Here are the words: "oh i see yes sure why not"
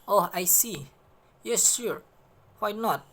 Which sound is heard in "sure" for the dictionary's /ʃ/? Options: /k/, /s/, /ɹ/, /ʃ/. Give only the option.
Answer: /s/